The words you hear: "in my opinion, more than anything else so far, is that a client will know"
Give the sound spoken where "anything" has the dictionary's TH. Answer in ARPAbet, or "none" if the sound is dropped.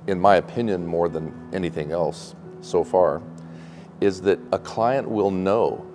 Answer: TH